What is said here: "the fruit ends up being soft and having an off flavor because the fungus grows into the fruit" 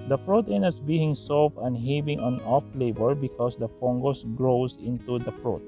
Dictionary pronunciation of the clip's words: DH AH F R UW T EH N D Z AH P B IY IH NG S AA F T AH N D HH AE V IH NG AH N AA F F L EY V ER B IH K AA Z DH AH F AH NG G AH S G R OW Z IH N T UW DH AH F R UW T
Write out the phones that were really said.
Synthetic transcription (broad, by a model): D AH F R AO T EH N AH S B IY IH NG S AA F AH N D HH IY B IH NG AH N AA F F L EY B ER B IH K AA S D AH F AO NG G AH S G R OW S IH N T UW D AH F R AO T